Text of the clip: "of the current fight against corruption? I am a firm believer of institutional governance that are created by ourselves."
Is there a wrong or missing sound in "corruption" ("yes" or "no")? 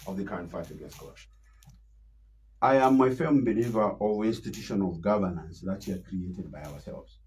yes